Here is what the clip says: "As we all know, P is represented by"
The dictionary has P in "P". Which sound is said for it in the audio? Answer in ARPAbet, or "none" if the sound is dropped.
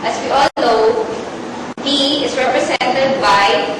B